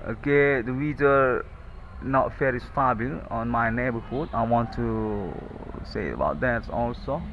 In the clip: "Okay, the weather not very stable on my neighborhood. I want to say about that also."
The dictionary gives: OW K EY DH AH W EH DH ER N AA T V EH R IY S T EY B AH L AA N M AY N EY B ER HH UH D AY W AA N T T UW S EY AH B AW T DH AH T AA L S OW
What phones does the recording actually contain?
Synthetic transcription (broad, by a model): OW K EY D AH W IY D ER N AA T F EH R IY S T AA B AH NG AA N M AY N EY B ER HH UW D AY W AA N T T UW S EY AH B AW T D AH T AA L S OW